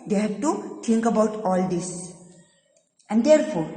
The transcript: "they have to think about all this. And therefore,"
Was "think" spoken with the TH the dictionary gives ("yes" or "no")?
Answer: no